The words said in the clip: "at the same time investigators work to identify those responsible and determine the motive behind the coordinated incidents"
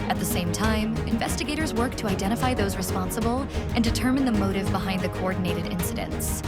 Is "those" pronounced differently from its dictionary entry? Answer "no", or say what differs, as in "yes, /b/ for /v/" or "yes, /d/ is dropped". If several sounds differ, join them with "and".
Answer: no